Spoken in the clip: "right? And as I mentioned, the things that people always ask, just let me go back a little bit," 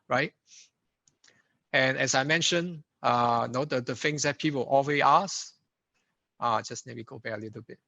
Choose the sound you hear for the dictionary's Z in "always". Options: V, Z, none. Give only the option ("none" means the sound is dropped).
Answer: none